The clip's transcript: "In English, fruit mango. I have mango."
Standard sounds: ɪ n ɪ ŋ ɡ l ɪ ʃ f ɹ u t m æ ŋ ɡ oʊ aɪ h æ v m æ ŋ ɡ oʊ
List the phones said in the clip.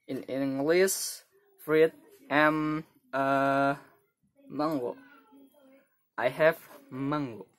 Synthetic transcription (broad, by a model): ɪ n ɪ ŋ ɡ l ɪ s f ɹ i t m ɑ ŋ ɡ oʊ aɪ h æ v m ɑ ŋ ɡ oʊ